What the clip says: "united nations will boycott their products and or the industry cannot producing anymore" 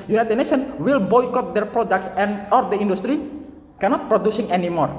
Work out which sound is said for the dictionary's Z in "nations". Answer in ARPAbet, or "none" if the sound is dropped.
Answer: none